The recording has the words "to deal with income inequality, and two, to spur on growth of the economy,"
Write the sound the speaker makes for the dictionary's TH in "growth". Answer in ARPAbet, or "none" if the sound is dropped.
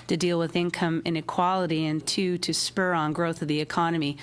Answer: TH